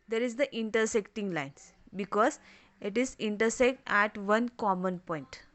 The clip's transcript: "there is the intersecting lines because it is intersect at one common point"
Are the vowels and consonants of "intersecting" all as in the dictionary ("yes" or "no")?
yes